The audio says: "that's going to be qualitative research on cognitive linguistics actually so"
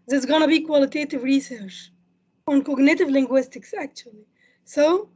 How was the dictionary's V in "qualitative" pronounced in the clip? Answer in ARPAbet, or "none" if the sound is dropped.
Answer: V